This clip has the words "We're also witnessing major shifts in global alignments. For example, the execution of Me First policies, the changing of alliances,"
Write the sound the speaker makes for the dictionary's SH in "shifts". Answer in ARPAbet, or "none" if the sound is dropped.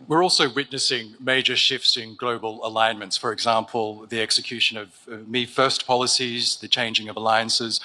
SH